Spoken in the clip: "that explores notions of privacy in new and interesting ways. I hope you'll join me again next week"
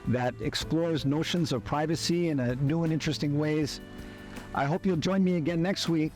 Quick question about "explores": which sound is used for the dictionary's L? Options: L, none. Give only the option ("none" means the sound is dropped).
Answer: L